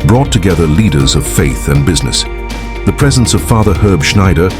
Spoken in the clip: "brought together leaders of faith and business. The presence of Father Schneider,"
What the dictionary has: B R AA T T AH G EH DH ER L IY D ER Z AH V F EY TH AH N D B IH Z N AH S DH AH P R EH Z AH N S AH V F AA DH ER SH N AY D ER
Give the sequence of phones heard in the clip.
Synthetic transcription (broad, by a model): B R AA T T AH G EH DH ER L IY D ER Z AH V F EY TH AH N B IH Z N AH S DH AH P R EH Z AH N S AH V F AA DH ER SH N AY D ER